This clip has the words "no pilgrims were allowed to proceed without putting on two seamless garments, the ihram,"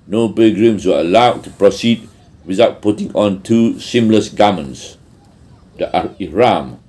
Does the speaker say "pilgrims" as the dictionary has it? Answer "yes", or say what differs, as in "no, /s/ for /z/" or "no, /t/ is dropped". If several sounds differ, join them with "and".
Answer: no, /b/ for /p/ and /s/ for /z/